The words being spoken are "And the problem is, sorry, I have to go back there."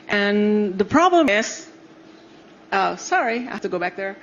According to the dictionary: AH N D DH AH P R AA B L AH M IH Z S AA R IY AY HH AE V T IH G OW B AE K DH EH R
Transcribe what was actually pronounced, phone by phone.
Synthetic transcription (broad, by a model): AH N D DH AH P R AA B L AH M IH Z S AA R IY AY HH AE F T IH G OW B AE K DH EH R